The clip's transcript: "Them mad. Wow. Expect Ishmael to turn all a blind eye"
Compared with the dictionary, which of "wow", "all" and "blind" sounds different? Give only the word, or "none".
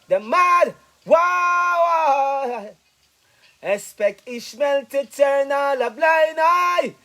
blind